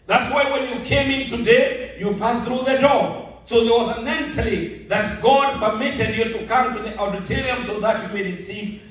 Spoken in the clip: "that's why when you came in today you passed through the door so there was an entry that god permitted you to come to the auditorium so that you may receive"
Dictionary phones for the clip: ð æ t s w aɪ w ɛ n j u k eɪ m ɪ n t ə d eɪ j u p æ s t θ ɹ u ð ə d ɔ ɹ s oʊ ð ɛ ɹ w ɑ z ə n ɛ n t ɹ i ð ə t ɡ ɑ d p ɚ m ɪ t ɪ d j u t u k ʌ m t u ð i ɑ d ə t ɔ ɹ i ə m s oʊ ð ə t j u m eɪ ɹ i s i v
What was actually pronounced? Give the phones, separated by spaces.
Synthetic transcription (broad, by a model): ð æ t s w aɪ w ɛ n j u k eɪ m ɪ n t ə d eɪ j u p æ s θ ɹ u ð ə d ɔ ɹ s oʊ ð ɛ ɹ w ɑ z ə n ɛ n t l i ð ə t ɡ ɑ d p ɚ m ɪ t ɪ d j u t u k ʌ m t u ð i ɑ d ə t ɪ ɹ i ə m s oʊ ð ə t j u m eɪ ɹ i s i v